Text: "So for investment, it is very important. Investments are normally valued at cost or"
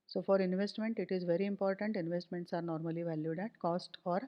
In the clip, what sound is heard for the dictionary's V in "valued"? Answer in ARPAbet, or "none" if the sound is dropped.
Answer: V